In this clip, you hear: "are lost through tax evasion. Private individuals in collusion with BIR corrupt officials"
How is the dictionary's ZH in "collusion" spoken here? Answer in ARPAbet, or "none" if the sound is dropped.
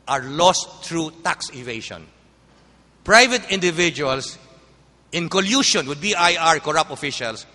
SH